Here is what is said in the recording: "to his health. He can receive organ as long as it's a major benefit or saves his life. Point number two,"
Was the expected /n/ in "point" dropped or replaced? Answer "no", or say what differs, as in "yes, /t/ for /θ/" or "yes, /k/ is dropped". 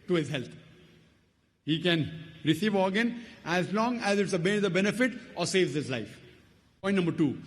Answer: yes, /n/ is dropped